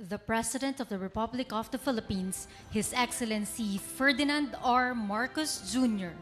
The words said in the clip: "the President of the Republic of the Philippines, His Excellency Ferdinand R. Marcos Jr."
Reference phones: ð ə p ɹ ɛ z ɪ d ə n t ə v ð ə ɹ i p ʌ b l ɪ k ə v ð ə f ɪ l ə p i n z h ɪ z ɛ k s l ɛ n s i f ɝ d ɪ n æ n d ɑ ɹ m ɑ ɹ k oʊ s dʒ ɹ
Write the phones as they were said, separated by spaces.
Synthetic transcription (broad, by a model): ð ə p ɹ ɛ s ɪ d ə n t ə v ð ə ɹ i p ʌ b l ɪ k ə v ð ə f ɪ l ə p i n s h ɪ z ɛ k s l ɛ n s i f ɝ d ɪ n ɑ n d ɑ ɹ m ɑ ɹ k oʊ s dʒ ɹ